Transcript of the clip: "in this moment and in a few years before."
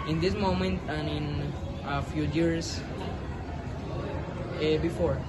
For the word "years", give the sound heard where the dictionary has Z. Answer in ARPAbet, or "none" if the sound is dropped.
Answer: S